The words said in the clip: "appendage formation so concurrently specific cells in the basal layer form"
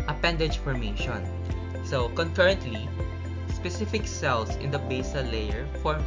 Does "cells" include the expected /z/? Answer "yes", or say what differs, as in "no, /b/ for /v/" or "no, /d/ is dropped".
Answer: no, /s/ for /z/